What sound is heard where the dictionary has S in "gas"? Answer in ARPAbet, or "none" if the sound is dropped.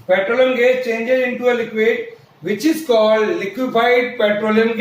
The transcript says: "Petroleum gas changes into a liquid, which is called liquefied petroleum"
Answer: none